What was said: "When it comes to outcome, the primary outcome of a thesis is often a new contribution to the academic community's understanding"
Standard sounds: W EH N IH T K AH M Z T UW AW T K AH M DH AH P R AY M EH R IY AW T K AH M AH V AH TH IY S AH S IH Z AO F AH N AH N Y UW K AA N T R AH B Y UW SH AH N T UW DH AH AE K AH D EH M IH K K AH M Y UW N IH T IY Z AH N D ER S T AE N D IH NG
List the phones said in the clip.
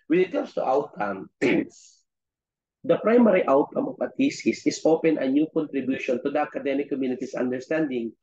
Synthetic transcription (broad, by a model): W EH N IH T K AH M S T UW AW T K AH M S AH P R AY M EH R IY AW T K AH M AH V AH T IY S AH S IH S AO P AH N AH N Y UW K AA N T R AH B Y UW SH AH N T UW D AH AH K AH D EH M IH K K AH M Y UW N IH T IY S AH N D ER S T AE N D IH NG